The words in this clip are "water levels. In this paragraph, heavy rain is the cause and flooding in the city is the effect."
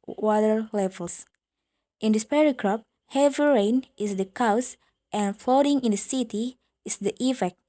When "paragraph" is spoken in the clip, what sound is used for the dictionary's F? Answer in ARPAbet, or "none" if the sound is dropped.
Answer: P